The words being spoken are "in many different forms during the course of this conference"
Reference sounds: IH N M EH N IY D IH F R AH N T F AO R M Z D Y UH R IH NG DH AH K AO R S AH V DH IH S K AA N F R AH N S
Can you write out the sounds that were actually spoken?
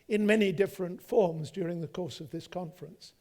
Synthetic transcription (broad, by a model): IH N M EH N IY D IH F R AH N T F AO R M Z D Y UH R IH NG DH AH K AO R S AH V DH IH S K AA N F R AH N S